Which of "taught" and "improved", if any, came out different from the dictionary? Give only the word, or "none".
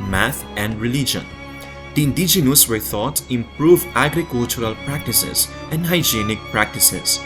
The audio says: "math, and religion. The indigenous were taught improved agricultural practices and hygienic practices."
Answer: improved